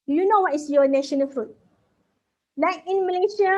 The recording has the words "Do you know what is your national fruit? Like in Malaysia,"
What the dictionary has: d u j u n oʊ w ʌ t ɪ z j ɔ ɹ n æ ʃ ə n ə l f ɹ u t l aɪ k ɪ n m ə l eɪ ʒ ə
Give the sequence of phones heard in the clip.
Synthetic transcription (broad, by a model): j u n oʊ w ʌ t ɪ s j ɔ n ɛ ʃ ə n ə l f ɹ u t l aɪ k ɪ n m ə l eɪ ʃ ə